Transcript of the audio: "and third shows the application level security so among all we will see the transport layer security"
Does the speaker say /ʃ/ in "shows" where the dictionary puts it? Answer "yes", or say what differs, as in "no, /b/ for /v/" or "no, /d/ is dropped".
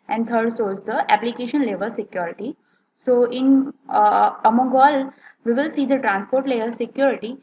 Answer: no, /s/ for /ʃ/